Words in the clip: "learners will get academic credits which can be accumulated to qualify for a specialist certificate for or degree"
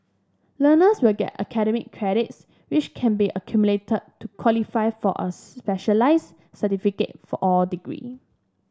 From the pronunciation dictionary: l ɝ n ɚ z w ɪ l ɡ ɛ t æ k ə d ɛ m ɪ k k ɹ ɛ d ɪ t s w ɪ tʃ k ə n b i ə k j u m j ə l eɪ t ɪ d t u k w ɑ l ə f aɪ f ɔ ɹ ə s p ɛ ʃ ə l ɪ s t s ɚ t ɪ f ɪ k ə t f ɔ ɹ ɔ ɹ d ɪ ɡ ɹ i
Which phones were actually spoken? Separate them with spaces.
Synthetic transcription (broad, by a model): l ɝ n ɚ s w ɪ l ɡ ɛ t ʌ k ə d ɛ m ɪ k k ɹ ɛ d ɪ t s w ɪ tʃ k ə n b i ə k j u m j l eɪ t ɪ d t u k w ɑ l ə f aɪ f ɔ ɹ ə s p ɛ ʃ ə l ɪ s s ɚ t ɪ f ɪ k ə t f ɔ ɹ ɔ l d ɪ ɡ ɹ i